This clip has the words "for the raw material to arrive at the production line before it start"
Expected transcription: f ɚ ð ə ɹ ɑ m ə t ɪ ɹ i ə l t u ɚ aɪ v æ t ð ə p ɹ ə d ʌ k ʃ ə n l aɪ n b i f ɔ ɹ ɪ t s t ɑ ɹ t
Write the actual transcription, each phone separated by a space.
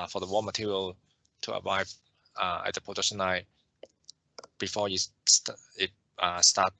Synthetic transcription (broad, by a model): f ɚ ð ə w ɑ m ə t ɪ ɹ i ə l t u ɚ aɪ v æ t ð ə p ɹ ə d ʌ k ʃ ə n aɪ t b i f ɔ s ɪ t s t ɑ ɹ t